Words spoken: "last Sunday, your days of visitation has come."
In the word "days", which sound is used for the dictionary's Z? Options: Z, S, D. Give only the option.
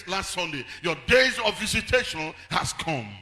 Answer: Z